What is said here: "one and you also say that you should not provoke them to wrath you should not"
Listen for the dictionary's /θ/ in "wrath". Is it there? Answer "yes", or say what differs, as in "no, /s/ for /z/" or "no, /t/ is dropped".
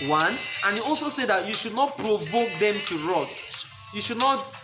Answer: no, /t/ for /θ/